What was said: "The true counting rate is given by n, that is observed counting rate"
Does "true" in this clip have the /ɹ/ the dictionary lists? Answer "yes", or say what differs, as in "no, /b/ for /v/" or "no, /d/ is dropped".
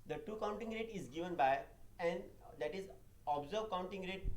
no, /ɹ/ is dropped